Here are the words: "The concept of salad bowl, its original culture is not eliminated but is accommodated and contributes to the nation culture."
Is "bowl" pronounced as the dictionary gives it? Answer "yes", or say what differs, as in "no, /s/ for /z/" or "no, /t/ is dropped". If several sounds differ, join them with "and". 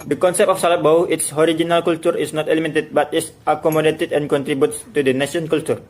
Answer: no, /w/ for /l/